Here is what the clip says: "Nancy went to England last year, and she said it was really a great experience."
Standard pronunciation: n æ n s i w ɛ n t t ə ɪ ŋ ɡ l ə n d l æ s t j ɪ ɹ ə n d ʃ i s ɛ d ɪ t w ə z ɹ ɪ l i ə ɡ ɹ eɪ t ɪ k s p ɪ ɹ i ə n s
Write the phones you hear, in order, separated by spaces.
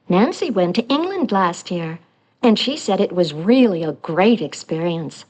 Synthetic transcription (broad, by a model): n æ n s i w ɛ n t t ɪ ŋ ɡ l ə n d l æ s t j ɪ ɹ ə n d ʃ i s ɛ d ɪ t w ə z ɹ ɪ l i ə ɡ ɹ eɪ t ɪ k s p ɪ ɹ i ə n s